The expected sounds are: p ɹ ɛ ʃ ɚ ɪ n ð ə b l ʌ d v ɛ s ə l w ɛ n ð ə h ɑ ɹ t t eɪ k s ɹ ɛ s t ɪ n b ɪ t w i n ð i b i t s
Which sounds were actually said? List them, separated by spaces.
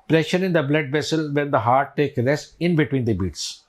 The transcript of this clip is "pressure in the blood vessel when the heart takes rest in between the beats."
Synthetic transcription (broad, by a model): p ɹ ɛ ʃ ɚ ɪ n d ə b l ʌ d v ɛ s ə l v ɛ n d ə h ɑ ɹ t t eɪ k ɹ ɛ s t ɪ n b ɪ t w i n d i b i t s